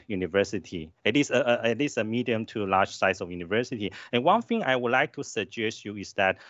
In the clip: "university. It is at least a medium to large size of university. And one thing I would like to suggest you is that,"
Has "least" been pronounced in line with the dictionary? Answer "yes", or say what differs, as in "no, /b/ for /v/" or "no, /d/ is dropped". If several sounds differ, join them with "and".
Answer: no, /t/ is dropped